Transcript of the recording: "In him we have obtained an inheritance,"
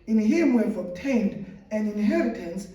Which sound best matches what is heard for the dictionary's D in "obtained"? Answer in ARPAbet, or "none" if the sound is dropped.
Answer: D